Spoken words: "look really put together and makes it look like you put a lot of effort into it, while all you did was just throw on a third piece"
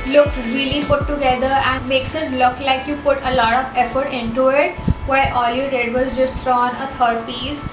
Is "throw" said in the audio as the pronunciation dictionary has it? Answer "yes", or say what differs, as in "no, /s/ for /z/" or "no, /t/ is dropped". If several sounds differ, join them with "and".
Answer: no, /t/ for /θ/